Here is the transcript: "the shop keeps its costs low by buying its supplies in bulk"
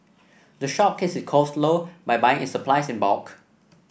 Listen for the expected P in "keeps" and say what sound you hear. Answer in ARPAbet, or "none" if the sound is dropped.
none